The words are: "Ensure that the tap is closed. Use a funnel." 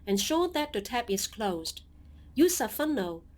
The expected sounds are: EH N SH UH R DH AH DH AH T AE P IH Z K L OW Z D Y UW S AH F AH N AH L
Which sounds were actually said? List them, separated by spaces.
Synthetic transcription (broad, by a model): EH N SH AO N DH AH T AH T AE P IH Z K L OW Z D Y UW S AH F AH N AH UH